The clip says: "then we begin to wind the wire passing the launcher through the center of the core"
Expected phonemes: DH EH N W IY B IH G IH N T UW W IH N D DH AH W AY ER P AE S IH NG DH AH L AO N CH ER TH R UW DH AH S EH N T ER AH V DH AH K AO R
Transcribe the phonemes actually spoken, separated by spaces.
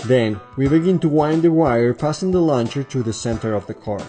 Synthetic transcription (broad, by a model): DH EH N W IY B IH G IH N T UW W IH N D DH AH W AY ER P AE S IH NG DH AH L AO N CH ER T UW DH AH S EH N T ER AH V DH AH K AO R